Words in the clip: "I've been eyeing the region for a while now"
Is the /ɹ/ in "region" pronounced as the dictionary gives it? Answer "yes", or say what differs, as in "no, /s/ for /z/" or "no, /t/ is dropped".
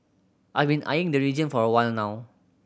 yes